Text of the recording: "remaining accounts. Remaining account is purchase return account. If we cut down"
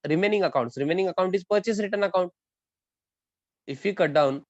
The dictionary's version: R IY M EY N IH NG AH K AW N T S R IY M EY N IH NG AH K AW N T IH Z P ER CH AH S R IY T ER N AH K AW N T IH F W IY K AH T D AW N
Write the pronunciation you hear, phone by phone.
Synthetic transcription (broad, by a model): R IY M EY N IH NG AH K AW N T S R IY M EY N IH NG AH K AW N T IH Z P ER CH AH S R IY T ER N AH K AW N T IH F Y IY K AH T D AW N